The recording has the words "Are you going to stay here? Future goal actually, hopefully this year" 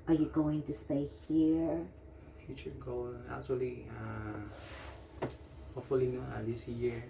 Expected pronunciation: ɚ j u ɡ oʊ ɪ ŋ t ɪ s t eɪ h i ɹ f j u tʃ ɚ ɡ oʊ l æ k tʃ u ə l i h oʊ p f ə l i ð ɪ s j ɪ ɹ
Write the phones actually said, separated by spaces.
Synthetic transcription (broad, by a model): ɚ j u ɡ oʊ ɪ ŋ t ɪ s t eɪ h i ɹ f j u tʃ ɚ ɡ oʊ l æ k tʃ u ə l i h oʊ f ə l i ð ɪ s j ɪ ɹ